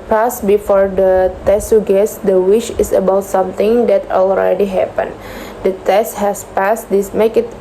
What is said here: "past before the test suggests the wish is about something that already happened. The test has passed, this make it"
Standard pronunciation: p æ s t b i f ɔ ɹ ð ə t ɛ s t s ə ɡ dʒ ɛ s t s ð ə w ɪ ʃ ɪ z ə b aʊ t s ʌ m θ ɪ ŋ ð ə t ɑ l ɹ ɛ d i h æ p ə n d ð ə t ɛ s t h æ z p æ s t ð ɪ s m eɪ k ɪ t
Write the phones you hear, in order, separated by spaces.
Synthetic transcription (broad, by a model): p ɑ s b i f ɔ ɹ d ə t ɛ s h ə ɡ ɛ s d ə w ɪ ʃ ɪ s ə b aʊ t s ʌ m t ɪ ŋ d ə t ɑ l ɹ ɛ d i h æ p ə n d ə t ɛ s t h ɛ s p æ s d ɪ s m eɪ k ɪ t